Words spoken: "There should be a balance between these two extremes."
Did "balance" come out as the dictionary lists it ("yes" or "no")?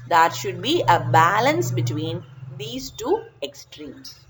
yes